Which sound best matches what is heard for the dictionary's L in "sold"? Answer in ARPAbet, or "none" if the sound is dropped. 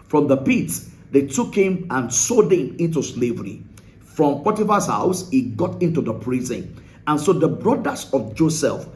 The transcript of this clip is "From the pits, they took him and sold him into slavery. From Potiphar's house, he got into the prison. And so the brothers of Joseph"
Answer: none